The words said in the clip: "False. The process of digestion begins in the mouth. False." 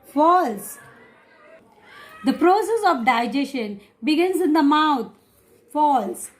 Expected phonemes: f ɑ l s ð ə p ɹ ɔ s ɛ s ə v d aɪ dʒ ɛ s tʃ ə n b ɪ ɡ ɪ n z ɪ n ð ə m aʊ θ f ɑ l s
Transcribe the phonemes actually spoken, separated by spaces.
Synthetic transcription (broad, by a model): f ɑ l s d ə p ɹ ɔ s ɛ s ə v d aɪ dʒ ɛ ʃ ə n b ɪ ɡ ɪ n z ɪ n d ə m aʊ t f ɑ l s